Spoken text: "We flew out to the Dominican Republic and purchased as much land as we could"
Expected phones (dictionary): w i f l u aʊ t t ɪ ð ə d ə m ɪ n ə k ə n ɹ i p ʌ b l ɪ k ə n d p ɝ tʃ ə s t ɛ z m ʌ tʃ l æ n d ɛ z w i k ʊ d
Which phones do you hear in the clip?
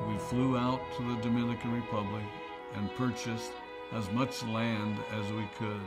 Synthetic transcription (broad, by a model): w i f l u aʊ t t ɪ ð ə d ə m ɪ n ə k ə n ɹ i p ʌ b l ɪ k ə n p ɝ tʃ ə s t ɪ z m ʌ tʃ l æ n d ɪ z w i k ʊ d